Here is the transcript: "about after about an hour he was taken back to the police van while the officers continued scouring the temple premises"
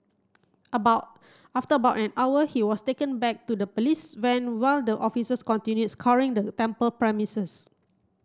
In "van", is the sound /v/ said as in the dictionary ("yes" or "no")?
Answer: no